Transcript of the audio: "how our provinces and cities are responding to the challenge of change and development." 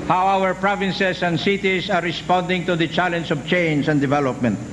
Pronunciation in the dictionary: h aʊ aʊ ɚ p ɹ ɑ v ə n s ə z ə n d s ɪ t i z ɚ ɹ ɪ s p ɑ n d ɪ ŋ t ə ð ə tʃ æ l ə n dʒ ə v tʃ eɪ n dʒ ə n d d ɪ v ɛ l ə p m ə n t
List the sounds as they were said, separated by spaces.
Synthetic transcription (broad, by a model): h aʊ aʊ ɚ p ɹ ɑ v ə n s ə s ə n d s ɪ t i s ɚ ɹ ɪ s p ɑ n d ɪ ŋ t ə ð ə tʃ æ l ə n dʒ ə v tʃ eɪ n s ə n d d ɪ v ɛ l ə p m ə n t